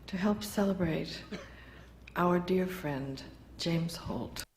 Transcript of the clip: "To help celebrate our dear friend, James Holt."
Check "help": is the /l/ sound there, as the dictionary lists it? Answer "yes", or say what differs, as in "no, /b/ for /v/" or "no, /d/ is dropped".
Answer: yes